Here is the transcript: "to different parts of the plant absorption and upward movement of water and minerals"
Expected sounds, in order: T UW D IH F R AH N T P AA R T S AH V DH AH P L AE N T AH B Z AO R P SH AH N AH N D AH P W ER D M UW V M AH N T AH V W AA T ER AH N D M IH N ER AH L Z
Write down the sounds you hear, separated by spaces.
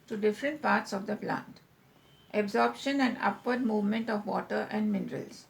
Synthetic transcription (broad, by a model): T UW D IH F R AH N T P AA R T S AH V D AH P L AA N T AH B Z AO R P SH AH N AH N D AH P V ER D M UW V M AH N T AH V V AA T ER AH N D M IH N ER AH L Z